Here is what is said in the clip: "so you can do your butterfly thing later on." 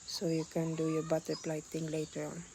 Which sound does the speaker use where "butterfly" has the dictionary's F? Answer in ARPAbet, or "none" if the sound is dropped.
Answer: P